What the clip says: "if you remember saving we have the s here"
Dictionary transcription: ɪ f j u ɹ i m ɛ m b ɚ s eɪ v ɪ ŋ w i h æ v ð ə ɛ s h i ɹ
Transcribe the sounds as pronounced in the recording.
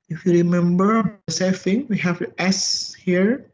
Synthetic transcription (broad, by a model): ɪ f j u ɹ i m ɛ m b ɚ s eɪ f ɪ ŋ w i h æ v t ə ɛ s h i ɹ